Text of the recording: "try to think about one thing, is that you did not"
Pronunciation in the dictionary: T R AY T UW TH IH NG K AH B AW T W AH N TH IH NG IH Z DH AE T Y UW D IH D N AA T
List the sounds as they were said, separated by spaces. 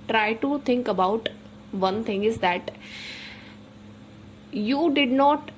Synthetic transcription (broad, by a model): T R AY T UW T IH NG K AH B AW T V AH N T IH NG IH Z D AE T Y UW D IH D N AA T